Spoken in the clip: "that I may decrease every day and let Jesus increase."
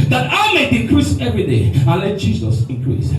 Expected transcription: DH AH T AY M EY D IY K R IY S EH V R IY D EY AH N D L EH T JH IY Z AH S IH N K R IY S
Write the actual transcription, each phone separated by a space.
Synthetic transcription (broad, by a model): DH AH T AY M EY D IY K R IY S EH V R IY D EY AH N L EH T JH IY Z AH S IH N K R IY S